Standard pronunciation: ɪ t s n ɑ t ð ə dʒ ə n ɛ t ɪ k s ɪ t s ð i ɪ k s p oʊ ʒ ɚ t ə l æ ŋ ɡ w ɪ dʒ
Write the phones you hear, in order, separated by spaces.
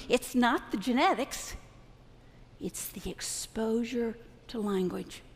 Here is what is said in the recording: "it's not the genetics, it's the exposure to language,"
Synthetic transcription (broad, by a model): ɪ t s n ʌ t ð ə dʒ ə n ɛ t ɪ k s ɪ t s ð i ɪ k s p oʊ ʒ ɚ t ə l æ ŋ ɡ w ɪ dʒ